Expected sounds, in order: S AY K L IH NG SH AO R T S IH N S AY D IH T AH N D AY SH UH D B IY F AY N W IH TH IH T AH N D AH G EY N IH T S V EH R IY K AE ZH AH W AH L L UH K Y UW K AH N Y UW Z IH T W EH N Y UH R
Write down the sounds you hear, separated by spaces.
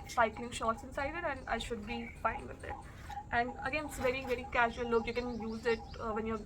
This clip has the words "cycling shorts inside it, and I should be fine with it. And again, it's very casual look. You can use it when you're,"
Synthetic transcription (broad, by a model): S AY K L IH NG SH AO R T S IH N S AY D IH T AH N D AY SH UH D B IY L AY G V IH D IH T AH N D AH G EY N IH T S V EH R IY K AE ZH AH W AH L L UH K Y UW K AH N Y UW Z IH T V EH N Y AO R